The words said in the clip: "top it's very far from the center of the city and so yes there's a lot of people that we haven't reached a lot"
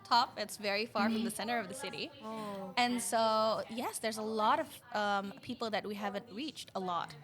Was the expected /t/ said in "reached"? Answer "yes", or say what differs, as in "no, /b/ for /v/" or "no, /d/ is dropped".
yes